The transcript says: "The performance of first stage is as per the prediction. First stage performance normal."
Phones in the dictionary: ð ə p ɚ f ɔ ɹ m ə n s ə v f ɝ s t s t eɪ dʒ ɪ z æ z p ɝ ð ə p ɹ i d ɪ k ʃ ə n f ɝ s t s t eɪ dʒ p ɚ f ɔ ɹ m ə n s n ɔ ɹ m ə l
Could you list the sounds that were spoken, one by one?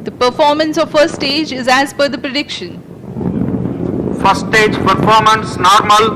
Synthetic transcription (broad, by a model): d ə p ɚ f ɔ ɹ m ə n s ə v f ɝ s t s t eɪ dʒ ɪ z æ z f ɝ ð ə p ɹ i d ɪ k ʃ ə n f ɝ s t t eɪ dʒ p ɚ f ɔ ɹ m ə n s n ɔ ɹ m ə l